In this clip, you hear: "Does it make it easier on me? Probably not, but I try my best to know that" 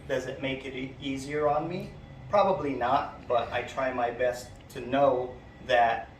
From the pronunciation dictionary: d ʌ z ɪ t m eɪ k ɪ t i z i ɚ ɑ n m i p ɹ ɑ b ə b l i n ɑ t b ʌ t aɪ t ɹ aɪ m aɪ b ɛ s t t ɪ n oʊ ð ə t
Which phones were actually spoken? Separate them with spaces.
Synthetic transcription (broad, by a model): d ʌ z ɪ t m eɪ k ɪ t i z i ɚ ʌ n m i p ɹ ɑ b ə b l i n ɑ t b ʌ t aɪ t ɹ aɪ m aɪ b ɛ s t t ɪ n oʊ ð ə t